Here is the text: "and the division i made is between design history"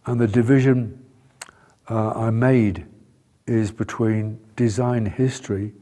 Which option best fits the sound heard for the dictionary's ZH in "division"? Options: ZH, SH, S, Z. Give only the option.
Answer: ZH